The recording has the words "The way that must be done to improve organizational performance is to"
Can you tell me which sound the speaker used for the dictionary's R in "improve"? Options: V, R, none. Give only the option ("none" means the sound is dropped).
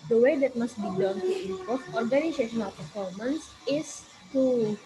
none